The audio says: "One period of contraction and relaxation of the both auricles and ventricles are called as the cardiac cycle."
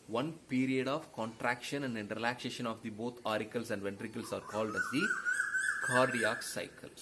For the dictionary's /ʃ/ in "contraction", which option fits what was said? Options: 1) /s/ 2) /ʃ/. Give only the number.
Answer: 2